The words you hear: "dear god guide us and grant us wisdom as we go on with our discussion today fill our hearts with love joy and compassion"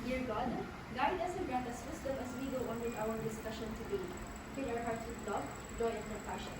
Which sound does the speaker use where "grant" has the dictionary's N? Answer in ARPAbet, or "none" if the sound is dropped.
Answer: none